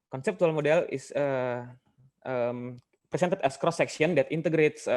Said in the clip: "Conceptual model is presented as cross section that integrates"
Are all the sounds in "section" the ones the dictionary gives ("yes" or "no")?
no